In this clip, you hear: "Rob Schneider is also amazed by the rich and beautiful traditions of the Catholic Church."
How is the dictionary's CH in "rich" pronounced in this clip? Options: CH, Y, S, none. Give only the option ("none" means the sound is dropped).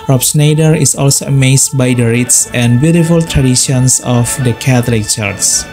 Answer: S